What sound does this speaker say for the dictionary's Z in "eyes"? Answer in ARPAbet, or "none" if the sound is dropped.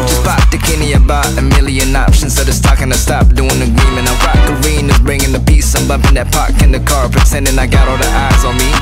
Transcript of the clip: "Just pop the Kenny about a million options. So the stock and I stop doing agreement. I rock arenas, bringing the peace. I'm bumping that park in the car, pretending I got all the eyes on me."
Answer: Z